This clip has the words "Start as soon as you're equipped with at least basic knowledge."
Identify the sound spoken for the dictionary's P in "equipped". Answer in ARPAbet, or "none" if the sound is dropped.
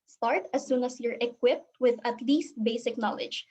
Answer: P